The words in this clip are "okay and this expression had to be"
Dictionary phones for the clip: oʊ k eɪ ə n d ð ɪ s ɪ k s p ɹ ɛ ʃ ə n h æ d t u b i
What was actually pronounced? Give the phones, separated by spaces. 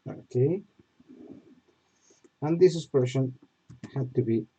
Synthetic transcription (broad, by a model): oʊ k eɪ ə n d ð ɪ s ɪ s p ɛ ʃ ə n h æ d t u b i